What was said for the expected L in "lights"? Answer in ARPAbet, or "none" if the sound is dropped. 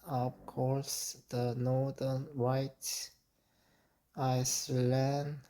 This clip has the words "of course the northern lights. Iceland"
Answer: W